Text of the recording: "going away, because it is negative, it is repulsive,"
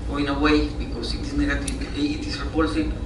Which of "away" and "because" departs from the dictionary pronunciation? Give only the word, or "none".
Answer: because